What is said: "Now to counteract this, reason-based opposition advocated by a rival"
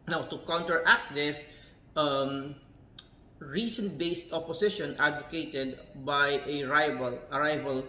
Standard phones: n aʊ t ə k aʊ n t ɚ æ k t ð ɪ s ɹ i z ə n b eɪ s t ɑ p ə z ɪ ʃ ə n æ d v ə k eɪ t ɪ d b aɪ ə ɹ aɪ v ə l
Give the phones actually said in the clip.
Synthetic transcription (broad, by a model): n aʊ t ə k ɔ n t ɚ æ k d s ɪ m ɹ i s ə n b eɪ s t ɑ p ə s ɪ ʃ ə n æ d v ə k eɪ t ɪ d b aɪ ə ɹ aɪ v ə l